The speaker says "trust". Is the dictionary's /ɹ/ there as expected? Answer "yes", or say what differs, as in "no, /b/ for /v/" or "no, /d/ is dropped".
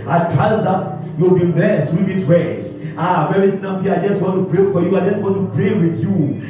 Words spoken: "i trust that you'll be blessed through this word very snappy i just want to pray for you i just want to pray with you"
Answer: no, /ɹ/ is dropped